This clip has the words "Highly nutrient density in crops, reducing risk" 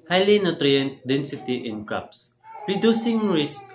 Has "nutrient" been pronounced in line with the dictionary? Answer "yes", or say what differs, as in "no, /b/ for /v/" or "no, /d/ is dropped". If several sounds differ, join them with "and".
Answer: yes